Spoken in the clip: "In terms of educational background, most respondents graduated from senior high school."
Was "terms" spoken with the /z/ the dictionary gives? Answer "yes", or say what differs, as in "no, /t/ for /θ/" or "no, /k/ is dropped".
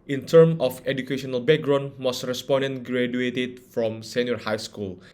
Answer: no, /z/ is dropped